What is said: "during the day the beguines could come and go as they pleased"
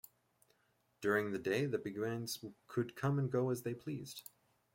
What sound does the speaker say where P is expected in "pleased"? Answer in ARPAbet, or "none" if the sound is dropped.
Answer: P